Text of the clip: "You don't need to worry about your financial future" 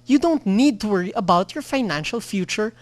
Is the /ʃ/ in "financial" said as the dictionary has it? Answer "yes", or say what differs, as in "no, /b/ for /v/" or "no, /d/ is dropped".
yes